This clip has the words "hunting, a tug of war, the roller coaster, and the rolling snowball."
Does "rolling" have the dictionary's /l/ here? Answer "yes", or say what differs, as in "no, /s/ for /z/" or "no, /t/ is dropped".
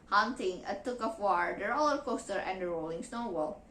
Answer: yes